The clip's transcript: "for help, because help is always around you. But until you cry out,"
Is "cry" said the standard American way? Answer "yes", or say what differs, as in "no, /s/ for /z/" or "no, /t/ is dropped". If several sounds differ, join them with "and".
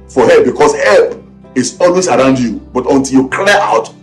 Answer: no, /l/ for /ɹ/